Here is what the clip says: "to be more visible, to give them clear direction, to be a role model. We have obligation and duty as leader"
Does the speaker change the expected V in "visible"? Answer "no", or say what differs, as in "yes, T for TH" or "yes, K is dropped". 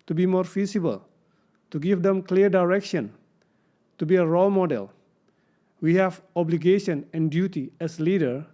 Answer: yes, F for V